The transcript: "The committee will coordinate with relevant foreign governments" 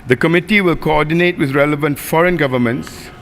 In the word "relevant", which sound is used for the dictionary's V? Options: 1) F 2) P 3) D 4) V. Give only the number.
4